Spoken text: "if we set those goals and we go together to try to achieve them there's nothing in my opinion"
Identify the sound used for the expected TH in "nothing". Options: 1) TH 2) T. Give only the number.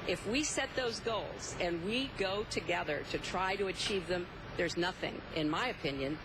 1